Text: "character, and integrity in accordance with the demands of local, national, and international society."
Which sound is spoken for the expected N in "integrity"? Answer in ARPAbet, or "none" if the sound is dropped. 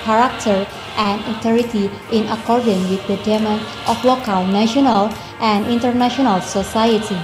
none